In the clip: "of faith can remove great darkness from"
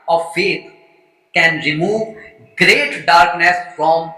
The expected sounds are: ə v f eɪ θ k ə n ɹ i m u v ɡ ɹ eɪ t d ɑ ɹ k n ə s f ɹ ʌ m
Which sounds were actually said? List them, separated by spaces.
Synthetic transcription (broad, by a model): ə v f eɪ t k ə n ɹ i m u v ɡ ɹ eɪ t d ɑ ɹ k n ə s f ɹ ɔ m